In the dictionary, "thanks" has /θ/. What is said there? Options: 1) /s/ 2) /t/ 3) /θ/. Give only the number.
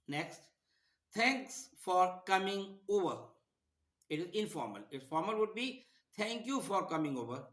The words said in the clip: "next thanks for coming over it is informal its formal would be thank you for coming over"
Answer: 2